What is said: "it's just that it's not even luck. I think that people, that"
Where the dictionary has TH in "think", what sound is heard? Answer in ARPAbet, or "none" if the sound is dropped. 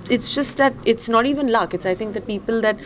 T